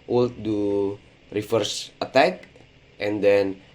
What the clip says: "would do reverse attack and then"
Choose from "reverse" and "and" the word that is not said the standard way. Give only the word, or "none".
reverse